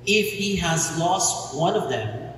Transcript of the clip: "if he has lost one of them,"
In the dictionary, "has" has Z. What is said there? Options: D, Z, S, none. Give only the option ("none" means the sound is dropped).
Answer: Z